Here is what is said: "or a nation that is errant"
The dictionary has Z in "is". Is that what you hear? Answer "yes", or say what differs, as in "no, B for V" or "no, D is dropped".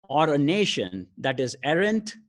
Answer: yes